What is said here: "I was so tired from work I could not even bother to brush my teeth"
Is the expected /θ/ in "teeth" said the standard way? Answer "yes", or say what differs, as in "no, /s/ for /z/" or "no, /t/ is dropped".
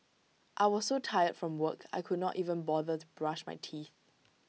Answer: yes